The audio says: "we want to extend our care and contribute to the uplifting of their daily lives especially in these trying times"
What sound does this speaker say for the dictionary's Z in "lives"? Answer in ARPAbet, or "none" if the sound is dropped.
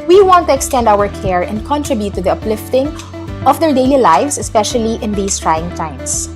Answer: S